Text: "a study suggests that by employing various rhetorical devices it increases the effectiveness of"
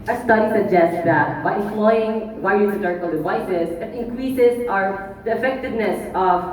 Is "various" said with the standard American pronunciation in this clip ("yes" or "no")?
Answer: no